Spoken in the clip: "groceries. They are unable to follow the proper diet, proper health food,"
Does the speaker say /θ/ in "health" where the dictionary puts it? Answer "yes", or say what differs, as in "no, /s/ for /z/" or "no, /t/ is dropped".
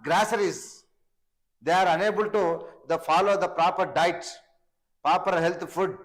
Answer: no, /t/ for /θ/